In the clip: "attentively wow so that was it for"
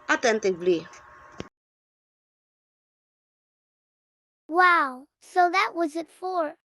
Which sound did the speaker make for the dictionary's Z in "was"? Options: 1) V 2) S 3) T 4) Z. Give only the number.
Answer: 4